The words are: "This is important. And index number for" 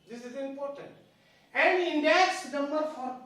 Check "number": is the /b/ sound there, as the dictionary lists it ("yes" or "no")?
no